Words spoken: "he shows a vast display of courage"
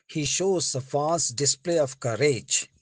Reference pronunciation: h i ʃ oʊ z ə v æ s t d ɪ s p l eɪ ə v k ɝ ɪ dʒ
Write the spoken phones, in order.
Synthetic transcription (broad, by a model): h i ʃ oʊ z ə f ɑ s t d ɪ s p l eɪ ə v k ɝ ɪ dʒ